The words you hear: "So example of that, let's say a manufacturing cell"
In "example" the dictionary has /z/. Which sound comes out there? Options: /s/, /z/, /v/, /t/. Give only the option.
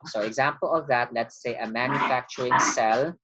/z/